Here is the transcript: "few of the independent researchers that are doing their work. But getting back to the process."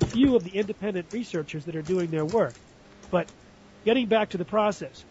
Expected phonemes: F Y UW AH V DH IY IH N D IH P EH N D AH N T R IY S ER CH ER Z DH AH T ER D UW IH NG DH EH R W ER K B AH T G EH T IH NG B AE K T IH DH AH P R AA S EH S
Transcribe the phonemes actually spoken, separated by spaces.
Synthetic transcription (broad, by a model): F Y UW AH V DH IY IH N D IH P EH N D AH N T R IY S ER CH ER Z DH AH T ER D UW IH NG DH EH R W ER K B AH T G EH T IH NG B AE K T IH DH AH P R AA S EH S